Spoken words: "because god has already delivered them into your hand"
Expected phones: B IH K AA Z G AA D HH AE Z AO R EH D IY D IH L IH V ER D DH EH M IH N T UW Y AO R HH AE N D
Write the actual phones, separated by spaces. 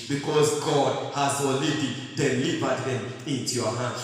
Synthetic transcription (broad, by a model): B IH K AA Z G AA D HH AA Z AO L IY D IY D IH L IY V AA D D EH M IH N T UW Y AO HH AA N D